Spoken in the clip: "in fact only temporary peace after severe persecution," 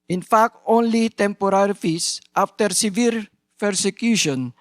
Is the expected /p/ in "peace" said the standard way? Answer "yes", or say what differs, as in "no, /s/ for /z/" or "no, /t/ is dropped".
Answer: no, /f/ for /p/